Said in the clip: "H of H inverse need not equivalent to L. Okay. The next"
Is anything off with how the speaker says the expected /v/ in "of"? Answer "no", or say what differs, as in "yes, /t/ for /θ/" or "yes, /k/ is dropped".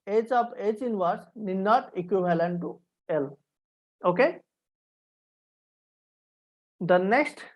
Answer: yes, /p/ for /v/